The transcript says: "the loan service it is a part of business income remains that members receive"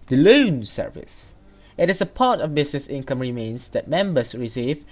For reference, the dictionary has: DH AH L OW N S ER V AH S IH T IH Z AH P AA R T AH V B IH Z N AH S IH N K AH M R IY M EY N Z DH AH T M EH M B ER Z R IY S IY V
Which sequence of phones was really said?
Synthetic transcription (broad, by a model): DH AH L OW N S ER V AH S IH T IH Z AH P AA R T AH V B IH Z N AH S IH N K AH M R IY M EY N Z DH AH T M EH M B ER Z R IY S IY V